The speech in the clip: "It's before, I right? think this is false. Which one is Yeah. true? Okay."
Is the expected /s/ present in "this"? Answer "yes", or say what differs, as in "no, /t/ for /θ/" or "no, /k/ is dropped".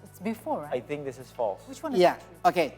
yes